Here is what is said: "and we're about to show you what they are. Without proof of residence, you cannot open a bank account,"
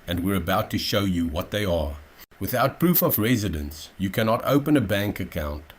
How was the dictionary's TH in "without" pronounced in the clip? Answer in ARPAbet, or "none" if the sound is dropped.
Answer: TH